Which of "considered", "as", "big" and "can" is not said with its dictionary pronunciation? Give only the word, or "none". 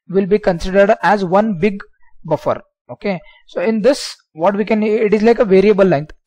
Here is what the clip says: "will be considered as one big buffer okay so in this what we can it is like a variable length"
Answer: none